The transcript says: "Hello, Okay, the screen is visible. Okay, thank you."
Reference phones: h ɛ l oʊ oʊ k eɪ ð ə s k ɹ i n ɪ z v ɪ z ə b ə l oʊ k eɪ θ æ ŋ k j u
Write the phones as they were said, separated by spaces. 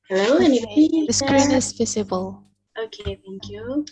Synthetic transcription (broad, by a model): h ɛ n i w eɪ ð ə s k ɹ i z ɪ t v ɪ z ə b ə l oʊ k eɪ θ æ ŋ k j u